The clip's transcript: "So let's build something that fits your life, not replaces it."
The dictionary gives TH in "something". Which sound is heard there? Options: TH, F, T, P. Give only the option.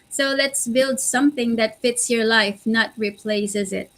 TH